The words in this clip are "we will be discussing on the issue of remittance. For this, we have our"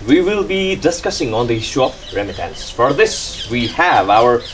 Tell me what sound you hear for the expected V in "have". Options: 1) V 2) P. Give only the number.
1